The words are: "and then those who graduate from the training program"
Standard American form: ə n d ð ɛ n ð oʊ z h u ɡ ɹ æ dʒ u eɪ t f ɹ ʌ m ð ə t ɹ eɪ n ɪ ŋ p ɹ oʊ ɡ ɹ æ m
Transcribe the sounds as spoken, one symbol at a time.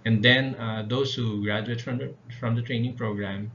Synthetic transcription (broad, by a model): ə n d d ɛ n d oʊ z h u ɡ ɹ æ dʒ u eɪ t f ɹ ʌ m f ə t ɹ eɪ n ɪ ŋ p ɹ oʊ ɡ ɹ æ m